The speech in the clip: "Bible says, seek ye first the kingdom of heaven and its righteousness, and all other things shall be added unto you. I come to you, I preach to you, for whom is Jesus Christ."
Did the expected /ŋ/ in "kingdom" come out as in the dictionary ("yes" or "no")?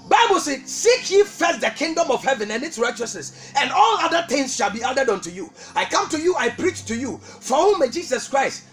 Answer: yes